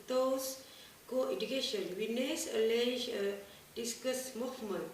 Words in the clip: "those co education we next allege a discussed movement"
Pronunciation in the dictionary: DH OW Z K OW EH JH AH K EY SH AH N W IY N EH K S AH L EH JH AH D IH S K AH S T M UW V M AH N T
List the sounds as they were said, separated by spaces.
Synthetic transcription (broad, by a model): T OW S K OW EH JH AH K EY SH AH N W IY N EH S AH L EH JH AH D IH S K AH S M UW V M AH N